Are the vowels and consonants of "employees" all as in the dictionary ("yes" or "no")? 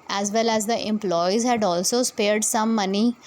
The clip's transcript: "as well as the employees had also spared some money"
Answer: yes